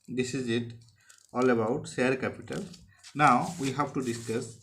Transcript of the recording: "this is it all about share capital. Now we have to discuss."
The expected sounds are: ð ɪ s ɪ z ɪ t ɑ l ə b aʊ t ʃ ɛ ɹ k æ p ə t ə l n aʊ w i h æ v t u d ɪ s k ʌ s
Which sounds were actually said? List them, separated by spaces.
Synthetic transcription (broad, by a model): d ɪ s ɪ z ɪ t ɑ l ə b aʊ t s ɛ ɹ k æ p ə t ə l n aʊ w i h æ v t u d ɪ s k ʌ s